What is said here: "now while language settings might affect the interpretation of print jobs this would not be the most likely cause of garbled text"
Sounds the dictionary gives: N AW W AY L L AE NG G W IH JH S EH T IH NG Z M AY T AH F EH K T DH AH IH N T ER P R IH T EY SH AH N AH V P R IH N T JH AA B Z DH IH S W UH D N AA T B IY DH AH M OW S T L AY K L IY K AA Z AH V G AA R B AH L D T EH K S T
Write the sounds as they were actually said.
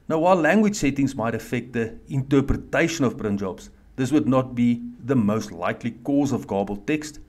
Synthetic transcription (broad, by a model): N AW W AY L L AE NG G W IH JH S EH T IH NG Z M AY T AH F EH K T DH AH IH N T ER P R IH T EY SH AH N AH V B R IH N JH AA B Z DH IH S W UH D N AA T B IY DH AH M OW S T L AY K L IY K AA Z AH V G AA B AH L T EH K S T